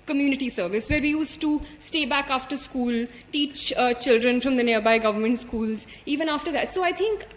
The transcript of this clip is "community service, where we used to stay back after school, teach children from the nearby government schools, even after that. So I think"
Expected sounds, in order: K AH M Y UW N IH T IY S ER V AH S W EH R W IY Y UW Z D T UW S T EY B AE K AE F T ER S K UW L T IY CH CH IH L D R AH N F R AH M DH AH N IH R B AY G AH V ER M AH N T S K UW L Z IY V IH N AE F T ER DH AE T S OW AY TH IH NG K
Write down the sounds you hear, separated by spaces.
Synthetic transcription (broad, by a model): K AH M Y UW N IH T IY S ER V AH S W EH R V IY Y UW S T UW S T EY B AE K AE F T ER S K UW L T IY CH CH IH L D R AH N F R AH M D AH N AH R B AY G AH V ER M AH N T S K UW L Z IY V IH N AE F T ER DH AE T S OW AY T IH NG K